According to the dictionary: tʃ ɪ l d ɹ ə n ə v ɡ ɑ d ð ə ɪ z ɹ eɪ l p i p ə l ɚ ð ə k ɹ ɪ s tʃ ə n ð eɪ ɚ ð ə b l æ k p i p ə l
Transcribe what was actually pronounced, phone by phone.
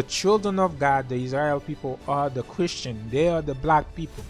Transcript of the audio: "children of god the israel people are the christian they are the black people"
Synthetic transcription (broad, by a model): tʃ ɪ l d ɹ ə n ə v ɡ ɑ d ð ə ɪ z ɹ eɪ l p i p ə l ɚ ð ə k ɹ ɪ s tʃ ə n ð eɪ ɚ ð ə b l æ k p i p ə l